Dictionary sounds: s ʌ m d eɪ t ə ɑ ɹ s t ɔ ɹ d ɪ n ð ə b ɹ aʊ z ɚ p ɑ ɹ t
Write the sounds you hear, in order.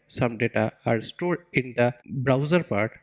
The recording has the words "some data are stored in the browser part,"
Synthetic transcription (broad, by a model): s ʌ m d eɪ t ə ɑ ɹ s t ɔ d ɪ n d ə b ɹ aʊ z ɚ p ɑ ɹ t